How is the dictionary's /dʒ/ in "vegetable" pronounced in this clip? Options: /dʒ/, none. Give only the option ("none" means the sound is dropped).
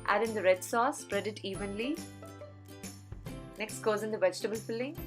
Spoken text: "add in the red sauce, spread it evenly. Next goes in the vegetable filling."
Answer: /dʒ/